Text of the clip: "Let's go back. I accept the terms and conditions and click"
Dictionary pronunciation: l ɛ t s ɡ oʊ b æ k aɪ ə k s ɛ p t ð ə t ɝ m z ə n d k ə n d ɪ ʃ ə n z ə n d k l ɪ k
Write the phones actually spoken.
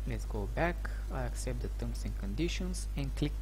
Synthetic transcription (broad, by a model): l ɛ t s ɡ oʊ b æ k aɪ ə k s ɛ p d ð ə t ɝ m s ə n k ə n d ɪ ʃ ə n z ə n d k l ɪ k